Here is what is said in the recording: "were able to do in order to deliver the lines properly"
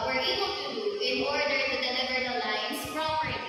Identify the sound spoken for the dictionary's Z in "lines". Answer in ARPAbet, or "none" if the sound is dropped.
S